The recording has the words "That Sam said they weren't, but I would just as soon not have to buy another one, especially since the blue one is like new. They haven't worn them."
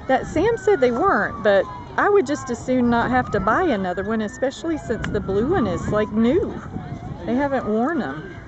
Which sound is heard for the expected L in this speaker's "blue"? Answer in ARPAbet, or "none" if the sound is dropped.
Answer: L